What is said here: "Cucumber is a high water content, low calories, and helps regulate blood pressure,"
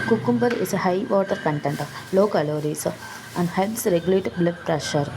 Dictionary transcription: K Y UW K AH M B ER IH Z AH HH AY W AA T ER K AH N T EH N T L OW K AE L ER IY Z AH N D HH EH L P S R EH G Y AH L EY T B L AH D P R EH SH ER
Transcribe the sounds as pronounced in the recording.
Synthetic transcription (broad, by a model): K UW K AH M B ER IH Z AH HH AY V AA T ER K AH N T EH N T L OW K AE L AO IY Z AH N D HH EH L S R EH G Y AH L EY T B L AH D P R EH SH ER